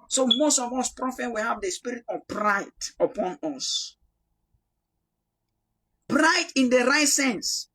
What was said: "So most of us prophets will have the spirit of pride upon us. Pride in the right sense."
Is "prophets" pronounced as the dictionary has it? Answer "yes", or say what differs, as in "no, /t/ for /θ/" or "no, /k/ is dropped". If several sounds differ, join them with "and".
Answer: no, /s/ is dropped